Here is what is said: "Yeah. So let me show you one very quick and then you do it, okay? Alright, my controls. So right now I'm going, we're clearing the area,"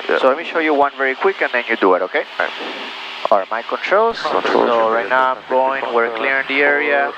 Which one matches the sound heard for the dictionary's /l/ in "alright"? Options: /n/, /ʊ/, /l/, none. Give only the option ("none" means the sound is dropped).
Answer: none